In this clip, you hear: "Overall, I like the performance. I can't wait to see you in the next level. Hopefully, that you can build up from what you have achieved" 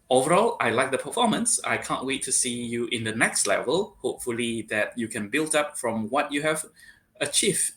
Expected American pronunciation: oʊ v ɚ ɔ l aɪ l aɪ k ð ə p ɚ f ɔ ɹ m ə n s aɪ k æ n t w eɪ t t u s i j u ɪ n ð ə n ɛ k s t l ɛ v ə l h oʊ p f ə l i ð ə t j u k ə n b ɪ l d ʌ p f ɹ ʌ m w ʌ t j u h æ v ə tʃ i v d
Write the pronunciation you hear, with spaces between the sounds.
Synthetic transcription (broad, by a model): oʊ v ɚ ɔ l aɪ l aɪ k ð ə p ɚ f ɔ m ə n s aɪ k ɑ n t w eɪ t t u s i j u ɪ n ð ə n ɛ k s t l ɛ v ə l h oʊ p f ə l i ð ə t j u k ə n b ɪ l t ʌ p f ɹ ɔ m w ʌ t j u h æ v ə tʃ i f